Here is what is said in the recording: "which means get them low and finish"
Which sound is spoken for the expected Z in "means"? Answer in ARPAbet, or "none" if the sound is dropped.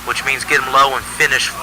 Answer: Z